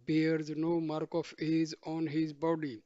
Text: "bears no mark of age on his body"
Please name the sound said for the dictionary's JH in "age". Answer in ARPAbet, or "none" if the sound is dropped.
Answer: Z